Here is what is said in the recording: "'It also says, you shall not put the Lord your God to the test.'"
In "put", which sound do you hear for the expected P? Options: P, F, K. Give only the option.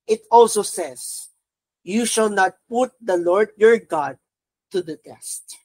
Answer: P